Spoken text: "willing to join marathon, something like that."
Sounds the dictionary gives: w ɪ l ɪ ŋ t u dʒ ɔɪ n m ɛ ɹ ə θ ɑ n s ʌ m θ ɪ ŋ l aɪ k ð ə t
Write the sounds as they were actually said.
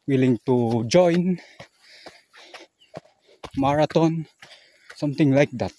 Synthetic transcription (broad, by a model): w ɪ l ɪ ŋ t u dʒ ɔɪ n m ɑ ɹ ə t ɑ n s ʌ m t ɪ ŋ l aɪ k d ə t